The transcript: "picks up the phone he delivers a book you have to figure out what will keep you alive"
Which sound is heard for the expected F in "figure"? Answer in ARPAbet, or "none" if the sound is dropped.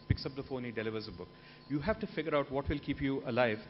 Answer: F